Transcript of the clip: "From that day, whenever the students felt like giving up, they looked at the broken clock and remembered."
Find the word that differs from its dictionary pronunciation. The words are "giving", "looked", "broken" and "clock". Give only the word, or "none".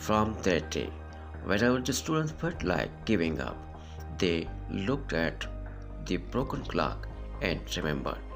none